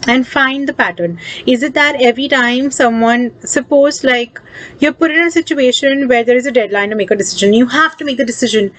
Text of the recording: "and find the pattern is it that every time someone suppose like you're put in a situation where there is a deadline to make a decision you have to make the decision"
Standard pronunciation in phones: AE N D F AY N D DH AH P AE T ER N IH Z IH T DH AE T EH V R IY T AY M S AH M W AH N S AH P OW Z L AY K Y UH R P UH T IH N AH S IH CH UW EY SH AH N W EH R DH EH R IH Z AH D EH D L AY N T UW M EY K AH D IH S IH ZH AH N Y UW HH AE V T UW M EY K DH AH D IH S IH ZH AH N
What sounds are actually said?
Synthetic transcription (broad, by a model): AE N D F AY N D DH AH P AE T ER N IH Z IH T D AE T EH V R IY T AY M S AH M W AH N S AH P OW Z L AY K Y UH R P UH T IH N AH S IH CH UW EY SH AH N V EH R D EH R IH Z AH D EH D L AY N T UW M EY K AH D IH S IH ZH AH N Y UW HH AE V T UW M EY K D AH D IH S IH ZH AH N